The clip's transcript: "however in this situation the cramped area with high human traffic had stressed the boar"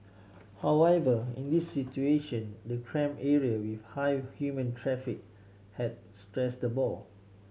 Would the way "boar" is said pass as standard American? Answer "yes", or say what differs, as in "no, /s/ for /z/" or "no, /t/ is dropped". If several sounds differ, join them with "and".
no, /l/ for /ɹ/